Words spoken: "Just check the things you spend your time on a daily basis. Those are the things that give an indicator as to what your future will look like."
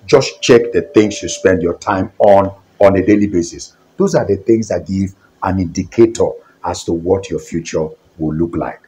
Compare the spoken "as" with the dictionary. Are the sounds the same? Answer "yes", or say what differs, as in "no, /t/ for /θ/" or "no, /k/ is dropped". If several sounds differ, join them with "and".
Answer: no, /s/ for /z/